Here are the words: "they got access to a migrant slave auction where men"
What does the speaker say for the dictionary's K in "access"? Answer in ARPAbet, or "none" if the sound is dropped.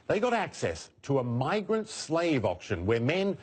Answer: K